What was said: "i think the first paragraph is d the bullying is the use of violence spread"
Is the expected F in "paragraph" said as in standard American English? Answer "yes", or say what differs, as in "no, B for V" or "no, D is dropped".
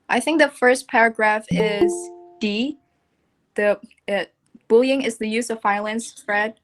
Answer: yes